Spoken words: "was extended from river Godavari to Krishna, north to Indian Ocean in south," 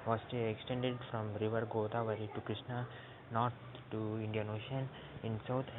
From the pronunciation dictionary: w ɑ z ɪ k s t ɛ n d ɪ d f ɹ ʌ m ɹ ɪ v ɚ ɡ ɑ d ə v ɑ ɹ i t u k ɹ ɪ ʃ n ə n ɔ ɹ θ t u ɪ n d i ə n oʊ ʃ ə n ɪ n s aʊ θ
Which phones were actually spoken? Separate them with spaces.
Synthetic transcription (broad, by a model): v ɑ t ɪ k s t ɛ n d ɪ d f ɹ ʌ m ɹ ɪ v ɚ ɡ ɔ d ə v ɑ ɹ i t u k ɹ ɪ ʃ n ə n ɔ ɹ t t u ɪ n d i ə n oʊ ʃ ə n ɪ n s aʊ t